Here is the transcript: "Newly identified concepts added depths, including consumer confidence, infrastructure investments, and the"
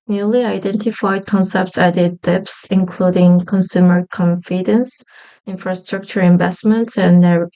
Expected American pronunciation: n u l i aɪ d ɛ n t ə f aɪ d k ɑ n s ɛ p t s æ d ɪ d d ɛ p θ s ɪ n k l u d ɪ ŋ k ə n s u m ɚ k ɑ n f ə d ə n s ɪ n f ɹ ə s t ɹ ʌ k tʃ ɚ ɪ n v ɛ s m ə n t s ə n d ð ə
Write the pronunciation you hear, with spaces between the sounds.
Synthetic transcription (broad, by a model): n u l i aɪ d ɛ n t ə f aɪ d k ɑ n s ɛ p t s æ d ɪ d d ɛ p s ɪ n k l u d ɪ ŋ k ə n s u m ɚ k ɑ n f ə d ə n s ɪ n f ɹ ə s t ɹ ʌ k tʃ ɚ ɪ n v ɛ s m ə n t s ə n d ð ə